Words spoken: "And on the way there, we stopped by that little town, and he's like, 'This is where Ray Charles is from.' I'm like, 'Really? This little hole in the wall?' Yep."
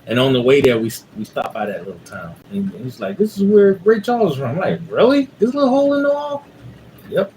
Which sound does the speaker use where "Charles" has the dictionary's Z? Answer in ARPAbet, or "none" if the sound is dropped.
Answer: none